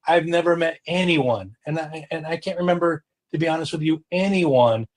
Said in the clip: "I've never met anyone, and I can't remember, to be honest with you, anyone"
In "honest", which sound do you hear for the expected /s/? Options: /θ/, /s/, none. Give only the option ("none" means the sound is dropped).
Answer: /s/